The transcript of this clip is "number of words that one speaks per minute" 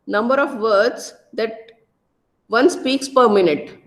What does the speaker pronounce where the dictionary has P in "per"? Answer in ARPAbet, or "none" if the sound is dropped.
P